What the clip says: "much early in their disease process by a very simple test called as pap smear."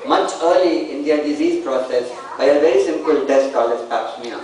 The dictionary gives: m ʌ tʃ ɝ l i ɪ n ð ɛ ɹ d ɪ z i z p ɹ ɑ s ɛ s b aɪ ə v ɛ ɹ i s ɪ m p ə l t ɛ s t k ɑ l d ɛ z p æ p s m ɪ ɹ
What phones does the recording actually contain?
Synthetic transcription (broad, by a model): m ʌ tʃ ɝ l i ɪ n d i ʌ d ɪ z i z p ɹ ɑ s ɛ s b aɪ ə v ɛ ɹ i s ɪ m p ə l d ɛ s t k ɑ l ɛ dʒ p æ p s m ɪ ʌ